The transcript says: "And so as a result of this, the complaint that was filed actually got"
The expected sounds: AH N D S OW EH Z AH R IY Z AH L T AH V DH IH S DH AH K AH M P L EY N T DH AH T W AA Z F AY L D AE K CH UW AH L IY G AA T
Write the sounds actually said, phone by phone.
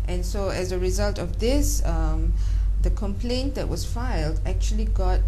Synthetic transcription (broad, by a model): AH N S OW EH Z AH R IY Z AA L T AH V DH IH S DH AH K AH M P L EY N T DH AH T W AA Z F AY L D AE K CH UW AH L IY G AA T